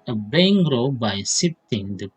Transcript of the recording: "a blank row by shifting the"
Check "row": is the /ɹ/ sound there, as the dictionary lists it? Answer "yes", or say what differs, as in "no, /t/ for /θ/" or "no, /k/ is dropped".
yes